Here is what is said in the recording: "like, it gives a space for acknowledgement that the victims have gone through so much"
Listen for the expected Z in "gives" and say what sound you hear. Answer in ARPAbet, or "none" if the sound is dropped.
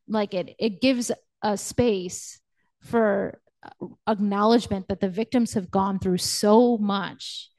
Z